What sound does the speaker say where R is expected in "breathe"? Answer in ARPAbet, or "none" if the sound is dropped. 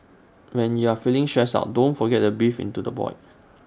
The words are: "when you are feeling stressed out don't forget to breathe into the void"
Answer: none